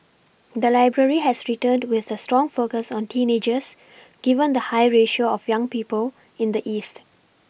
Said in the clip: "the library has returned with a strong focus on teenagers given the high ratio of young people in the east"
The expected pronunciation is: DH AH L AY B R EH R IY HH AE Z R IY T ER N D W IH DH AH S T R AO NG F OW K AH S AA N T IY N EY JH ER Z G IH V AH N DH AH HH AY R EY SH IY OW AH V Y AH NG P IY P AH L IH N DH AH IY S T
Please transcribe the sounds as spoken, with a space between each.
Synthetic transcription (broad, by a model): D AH L AY B R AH R IY HH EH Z R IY T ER N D W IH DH AH S T R AO NG F OW K AH S AA N T IY N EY JH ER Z G IH V AH N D AH HH AY R EY SH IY OW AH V Y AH NG P IY P AH L IH N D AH IY S T